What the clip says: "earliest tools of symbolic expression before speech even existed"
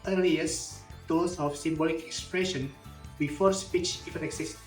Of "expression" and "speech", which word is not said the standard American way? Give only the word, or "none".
none